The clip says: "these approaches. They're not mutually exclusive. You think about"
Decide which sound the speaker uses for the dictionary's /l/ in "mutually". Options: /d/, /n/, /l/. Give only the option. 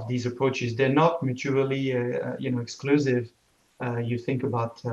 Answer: /n/